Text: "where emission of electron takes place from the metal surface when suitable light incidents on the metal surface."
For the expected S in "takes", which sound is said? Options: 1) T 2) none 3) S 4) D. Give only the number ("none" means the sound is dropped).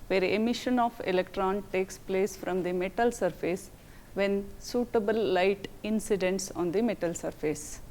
3